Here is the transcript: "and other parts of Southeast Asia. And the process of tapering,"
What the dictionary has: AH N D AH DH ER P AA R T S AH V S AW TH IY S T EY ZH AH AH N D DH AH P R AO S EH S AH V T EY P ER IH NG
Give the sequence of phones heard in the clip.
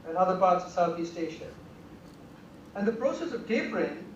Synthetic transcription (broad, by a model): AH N AH DH ER P AA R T S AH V S AW TH IY S T EY SH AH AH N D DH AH P R AO S EH S AH V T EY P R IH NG